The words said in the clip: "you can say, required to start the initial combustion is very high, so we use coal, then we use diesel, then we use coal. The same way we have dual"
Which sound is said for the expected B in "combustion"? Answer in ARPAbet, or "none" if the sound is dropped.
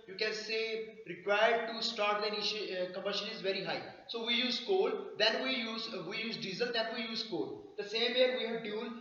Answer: none